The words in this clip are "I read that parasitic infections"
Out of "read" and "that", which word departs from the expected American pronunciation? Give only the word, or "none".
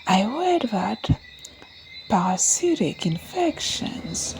read